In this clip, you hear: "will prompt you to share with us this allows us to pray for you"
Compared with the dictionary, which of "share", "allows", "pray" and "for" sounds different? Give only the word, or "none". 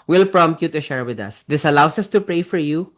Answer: allows